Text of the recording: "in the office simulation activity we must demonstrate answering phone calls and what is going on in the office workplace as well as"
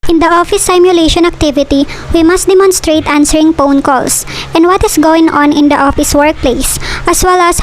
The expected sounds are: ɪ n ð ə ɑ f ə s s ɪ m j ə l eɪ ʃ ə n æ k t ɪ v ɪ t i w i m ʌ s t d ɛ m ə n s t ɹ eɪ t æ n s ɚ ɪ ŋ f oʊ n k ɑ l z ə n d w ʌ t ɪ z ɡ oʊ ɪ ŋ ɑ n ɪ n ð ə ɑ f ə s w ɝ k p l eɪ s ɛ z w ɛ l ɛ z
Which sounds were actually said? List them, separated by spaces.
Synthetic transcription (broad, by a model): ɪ n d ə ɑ f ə s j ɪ m j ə l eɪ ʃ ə n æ k t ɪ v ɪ t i w i m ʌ s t d ɛ m ə n s t ɹ eɪ t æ n s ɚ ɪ ŋ p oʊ n k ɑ l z ə n d w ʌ t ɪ s ɡ oʊ ɪ ŋ ɑ n ɪ n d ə ɑ f ə s w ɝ k p l eɪ s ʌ s w ɛ l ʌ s